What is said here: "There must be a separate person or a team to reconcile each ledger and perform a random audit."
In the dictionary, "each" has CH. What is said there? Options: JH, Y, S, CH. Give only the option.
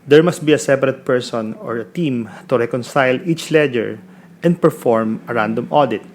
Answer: CH